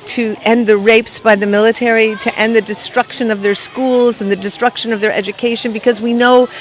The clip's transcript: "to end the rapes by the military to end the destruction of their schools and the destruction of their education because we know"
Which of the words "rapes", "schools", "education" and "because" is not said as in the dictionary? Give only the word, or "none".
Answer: none